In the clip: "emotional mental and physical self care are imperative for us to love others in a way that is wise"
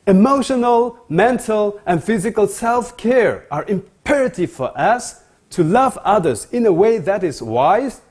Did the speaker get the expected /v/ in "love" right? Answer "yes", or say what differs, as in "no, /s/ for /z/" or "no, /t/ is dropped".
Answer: yes